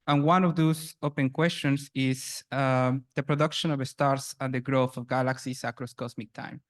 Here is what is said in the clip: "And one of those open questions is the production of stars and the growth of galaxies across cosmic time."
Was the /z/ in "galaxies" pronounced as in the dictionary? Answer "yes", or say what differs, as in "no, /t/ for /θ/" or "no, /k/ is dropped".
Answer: no, /s/ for /z/